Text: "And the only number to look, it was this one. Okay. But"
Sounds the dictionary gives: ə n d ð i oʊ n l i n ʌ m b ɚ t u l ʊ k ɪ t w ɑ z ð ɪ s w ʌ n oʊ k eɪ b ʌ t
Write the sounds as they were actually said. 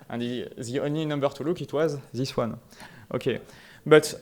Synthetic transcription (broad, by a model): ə n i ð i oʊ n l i n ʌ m b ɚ t u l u k ɪ t w ɑ z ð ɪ s w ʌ n oʊ k eɪ b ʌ t